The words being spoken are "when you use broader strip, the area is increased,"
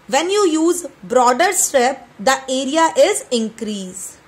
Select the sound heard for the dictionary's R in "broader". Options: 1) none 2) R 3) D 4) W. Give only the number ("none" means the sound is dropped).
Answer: 2